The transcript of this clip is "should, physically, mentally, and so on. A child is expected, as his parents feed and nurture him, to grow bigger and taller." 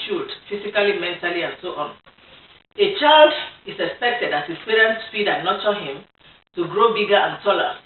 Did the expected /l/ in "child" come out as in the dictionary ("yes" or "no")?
yes